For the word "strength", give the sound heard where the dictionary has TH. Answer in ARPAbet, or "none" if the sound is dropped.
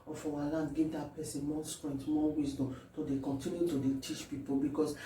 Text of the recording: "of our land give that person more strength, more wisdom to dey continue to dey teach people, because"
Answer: T